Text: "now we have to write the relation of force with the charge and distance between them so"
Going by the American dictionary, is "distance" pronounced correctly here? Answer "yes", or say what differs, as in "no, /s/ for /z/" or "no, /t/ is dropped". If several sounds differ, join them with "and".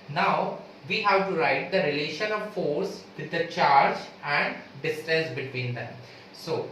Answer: no, /n/ is dropped